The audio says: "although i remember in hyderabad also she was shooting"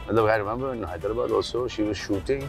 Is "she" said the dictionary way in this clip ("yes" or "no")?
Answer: yes